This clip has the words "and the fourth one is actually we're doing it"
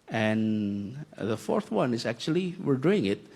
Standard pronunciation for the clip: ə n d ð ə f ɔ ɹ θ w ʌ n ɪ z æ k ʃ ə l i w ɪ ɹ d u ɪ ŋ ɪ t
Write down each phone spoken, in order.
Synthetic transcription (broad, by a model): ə n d ð ə f ɔ ɹ θ w ʌ n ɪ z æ k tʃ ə l i w ɪ ɹ d u ɪ ŋ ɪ t